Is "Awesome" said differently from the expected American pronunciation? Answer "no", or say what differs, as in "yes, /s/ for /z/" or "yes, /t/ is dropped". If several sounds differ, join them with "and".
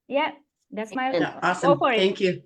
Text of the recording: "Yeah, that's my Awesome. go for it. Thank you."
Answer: yes, /s/ is dropped